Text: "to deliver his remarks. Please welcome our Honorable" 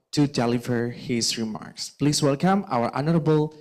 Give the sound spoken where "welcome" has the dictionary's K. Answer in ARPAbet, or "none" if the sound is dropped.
K